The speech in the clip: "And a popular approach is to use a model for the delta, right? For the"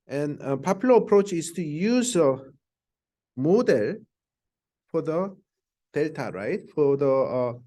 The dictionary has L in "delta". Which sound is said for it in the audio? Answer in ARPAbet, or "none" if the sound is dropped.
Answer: L